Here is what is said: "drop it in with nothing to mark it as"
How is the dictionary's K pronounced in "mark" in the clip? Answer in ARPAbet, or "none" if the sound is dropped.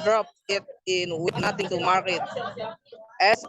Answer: none